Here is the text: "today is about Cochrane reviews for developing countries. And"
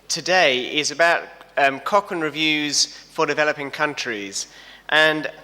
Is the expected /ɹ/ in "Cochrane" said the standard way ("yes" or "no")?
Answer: no